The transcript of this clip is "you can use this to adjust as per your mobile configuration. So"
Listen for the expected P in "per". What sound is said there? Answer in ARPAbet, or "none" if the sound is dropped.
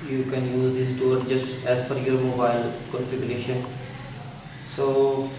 F